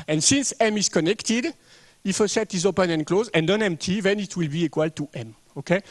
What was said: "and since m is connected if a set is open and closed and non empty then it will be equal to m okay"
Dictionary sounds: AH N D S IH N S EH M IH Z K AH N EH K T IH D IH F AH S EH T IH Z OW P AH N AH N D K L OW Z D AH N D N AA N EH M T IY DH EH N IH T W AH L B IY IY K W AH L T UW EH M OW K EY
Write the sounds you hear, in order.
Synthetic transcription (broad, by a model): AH N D S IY N S EH M IH Z K AH N EH K T IH D IH F AH S EH T IH Z OW P AH N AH N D K L OW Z AH N D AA N EH M T IY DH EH N IH T W AH L B IY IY K W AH L T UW EH M OW K EY